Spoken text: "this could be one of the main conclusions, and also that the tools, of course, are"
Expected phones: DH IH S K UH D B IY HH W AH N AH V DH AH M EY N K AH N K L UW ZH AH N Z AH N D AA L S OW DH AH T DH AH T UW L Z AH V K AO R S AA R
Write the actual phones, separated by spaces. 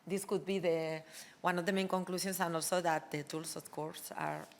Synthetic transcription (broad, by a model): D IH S K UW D B IY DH W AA N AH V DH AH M EY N K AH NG K L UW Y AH N S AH N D AA L S OW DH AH T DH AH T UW L S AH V K AO R S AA R